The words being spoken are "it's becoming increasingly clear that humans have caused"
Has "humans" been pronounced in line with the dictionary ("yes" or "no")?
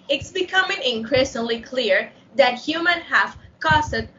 no